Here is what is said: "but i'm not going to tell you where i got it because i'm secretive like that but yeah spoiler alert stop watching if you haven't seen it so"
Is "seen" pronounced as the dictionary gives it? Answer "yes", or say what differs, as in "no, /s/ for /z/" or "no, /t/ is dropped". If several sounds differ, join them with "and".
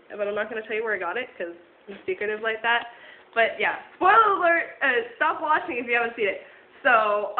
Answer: no, /n/ is dropped